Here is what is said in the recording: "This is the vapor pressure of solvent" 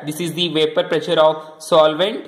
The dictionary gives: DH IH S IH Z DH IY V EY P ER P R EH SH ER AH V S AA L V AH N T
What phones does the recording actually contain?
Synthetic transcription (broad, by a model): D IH S IH Z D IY V EY P ER P R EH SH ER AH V S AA L V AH N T